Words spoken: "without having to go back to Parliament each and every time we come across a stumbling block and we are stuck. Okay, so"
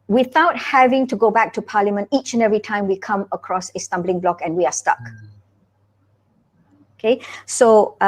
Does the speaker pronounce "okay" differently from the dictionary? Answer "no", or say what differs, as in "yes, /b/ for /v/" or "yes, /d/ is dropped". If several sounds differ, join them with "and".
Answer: no